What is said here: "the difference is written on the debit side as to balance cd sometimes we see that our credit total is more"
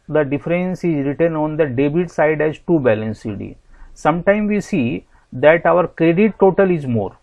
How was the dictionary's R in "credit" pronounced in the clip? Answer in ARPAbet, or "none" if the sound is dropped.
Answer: R